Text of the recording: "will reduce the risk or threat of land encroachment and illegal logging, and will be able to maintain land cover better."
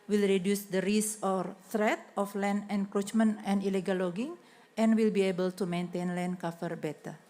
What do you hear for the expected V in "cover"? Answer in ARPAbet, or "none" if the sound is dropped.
F